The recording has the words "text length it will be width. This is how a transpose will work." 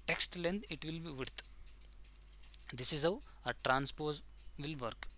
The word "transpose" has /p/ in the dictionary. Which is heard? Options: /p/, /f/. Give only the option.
/p/